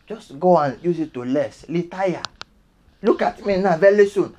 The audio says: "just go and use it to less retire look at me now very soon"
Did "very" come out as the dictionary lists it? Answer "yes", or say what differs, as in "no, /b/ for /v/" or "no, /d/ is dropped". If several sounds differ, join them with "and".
no, /l/ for /ɹ/